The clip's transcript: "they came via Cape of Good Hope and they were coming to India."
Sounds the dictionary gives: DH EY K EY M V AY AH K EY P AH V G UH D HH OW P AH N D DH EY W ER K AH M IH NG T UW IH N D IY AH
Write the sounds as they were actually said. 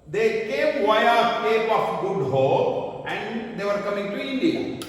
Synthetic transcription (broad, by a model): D EY K EY M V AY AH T EY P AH F G UH D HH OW AH N D EY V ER K AH M IH NG T UW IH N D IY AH